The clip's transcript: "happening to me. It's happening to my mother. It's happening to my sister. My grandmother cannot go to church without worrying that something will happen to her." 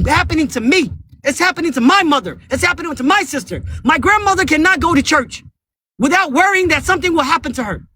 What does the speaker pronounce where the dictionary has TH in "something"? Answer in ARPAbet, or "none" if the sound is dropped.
TH